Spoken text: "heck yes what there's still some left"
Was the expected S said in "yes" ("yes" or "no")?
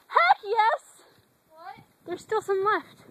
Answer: yes